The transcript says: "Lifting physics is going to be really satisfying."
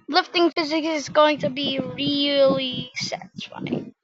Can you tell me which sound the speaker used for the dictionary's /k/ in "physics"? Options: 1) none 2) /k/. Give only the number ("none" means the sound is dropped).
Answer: 2